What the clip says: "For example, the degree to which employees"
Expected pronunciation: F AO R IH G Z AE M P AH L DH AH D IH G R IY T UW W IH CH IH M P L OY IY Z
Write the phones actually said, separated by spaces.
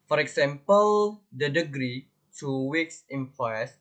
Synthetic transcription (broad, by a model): F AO R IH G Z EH M P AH L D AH D IH G R IY T UW W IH S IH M P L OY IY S